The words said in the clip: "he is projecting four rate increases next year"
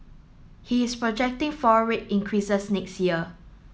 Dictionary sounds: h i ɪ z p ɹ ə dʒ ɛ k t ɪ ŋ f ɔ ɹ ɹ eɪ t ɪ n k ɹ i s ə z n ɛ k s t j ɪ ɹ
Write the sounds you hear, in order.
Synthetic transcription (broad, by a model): h i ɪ s p ɹ ə dʒ ɛ k t ɪ ŋ f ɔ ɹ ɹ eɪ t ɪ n k ɹ i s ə s n ɛ k s t j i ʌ